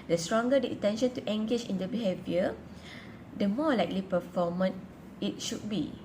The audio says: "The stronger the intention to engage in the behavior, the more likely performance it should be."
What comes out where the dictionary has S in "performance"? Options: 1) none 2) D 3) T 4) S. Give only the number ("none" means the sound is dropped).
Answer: 1